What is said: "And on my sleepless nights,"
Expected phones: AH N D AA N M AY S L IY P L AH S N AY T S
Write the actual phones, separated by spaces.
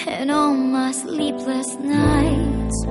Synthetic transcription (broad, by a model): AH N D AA L M AY S L IY P L AH S N AY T